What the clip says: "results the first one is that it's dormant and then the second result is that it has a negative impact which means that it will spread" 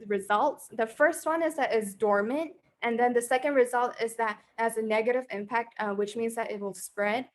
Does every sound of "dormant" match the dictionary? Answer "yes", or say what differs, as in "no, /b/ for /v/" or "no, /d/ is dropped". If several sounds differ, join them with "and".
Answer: yes